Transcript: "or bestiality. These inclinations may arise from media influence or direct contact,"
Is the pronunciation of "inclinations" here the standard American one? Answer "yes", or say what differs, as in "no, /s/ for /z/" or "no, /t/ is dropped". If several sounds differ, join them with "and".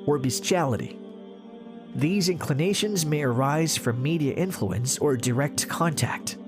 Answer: yes